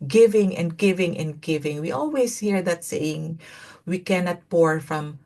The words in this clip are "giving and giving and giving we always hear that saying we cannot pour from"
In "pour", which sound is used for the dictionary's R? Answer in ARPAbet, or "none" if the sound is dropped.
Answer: R